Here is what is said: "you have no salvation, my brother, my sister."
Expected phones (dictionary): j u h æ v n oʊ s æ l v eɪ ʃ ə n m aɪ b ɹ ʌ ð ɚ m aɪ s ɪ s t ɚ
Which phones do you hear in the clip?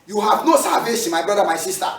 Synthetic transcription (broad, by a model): j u h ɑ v n oʊ s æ v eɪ s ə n m aɪ b ɹ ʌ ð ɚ m aɪ s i s t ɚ